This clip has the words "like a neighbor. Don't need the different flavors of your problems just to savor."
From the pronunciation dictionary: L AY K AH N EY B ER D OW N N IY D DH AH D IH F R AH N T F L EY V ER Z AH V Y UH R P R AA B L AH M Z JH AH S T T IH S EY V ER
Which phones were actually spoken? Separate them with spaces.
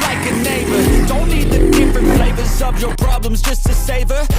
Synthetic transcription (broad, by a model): L AY K AH N EY B ER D OW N N IY D DH AH D IH F R AH N T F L EY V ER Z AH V Y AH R P R AA B L AH M Z JH AH S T T IH S EY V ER